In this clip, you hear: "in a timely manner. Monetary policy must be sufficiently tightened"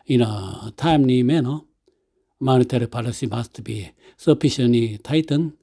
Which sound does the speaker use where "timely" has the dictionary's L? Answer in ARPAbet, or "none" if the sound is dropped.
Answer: N